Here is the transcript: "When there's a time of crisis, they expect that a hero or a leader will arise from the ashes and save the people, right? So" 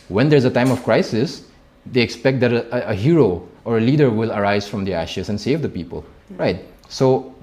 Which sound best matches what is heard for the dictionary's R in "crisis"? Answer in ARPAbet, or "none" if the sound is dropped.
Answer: R